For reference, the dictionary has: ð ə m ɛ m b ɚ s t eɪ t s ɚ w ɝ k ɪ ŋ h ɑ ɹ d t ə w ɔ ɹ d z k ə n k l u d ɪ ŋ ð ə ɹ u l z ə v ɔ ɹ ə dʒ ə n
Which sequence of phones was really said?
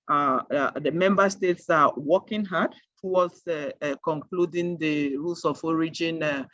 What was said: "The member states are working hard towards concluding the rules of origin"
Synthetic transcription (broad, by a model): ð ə m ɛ m b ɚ s t eɪ t s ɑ w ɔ k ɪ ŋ h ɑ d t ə w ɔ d s k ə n k l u d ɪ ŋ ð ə ɹ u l s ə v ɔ ɹ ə dʒ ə n